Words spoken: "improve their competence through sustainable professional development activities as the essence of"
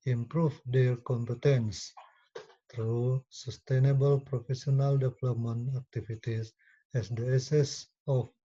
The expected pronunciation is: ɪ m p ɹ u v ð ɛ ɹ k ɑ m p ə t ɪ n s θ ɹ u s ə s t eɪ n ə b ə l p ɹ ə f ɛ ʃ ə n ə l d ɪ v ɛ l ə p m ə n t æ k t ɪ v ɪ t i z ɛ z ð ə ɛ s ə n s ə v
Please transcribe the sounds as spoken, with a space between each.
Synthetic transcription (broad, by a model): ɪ m p ɹ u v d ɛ ɹ k ɑ m p ə t ɪ n s t ɹ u s ə s t eɪ n ə b ə l p ɹ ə f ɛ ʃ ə n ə l d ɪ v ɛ l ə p m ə n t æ k t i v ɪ t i s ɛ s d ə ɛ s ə s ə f